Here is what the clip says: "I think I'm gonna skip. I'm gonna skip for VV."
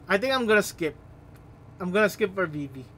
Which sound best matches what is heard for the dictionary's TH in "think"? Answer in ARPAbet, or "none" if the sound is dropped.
T